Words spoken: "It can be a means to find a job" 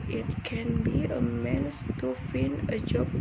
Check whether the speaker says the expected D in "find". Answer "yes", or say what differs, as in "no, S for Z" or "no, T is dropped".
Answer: no, D is dropped